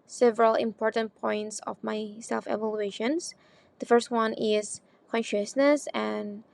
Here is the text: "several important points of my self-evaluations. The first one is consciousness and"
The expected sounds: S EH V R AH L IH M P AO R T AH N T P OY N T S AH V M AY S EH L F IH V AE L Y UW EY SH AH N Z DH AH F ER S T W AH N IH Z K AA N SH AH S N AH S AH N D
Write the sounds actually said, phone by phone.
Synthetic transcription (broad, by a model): S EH V R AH L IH M P AO R T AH N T P OY N T S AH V M AY S EH L F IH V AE L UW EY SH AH N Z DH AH F ER S T W AH N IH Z K AA N SH AH S N AH S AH N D